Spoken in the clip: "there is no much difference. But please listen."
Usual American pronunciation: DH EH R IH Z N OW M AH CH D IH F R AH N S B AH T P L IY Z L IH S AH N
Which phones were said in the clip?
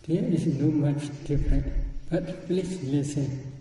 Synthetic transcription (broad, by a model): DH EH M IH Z N OW M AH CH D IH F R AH N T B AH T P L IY S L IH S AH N